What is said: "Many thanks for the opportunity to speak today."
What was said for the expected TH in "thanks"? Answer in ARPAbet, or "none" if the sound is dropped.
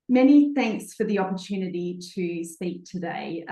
TH